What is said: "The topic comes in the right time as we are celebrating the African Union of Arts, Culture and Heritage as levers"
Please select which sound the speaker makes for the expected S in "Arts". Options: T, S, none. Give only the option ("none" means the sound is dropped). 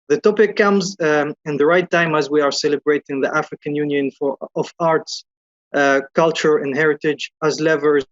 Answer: S